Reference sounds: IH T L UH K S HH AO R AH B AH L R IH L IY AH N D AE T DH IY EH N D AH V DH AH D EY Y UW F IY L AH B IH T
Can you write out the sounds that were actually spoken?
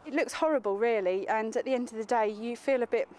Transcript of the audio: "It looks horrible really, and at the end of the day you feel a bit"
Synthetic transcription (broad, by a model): IH T L UH K S HH AO R AH B AH L R IH L IY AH N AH T DH IY EH N D AH V DH AH D EY Y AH F IY L AH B IH T